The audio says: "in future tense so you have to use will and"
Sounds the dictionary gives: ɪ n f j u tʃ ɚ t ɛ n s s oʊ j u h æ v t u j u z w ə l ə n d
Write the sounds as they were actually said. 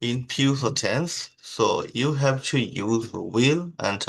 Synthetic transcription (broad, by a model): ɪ n p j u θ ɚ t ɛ n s s oʊ j u h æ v t u j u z w ə l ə n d